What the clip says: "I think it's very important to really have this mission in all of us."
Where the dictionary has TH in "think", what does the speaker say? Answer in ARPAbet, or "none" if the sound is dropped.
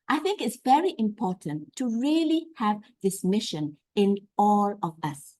TH